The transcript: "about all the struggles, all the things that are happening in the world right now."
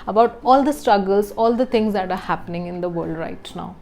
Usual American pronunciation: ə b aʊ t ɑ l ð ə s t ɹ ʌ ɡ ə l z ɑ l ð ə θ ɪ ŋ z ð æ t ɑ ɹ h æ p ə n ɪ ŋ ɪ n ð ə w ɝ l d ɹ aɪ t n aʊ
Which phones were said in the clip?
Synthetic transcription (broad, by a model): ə b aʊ t ɑ l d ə s t ɹ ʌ ɡ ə l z ɑ l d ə t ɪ ŋ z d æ t ɑ ɹ h æ p ə n ɪ ŋ ɪ n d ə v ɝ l d ɹ aɪ t n aʊ